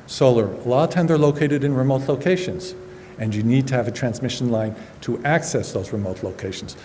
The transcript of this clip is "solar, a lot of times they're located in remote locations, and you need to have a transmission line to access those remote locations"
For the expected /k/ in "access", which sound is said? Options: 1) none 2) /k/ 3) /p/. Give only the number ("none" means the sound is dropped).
2